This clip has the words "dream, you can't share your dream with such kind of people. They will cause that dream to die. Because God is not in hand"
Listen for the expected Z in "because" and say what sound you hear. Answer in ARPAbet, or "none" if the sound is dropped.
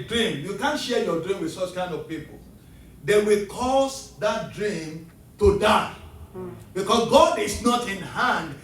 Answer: S